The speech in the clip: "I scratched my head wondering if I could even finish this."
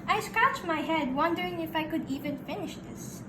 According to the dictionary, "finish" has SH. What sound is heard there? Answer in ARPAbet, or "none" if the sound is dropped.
SH